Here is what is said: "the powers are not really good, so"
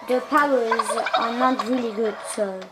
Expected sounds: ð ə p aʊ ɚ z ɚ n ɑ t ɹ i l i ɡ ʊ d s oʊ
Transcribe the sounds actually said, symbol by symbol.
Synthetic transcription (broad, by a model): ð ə p aʊ ɚ z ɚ n ɑ t ɹ i l i ɡ ʊ d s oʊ